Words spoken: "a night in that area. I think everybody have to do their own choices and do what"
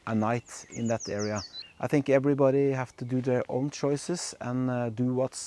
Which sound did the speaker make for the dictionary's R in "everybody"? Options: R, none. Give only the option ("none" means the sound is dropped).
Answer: R